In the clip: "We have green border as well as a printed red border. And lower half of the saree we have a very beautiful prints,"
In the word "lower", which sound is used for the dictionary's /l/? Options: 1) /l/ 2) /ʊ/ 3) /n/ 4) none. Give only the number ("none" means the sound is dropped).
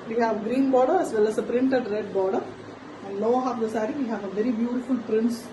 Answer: 3